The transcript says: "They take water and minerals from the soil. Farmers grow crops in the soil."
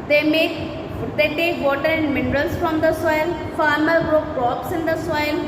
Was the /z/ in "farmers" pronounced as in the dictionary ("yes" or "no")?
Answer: no